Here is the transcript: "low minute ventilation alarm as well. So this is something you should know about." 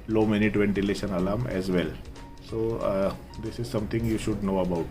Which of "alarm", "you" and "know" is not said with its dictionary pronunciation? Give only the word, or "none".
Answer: none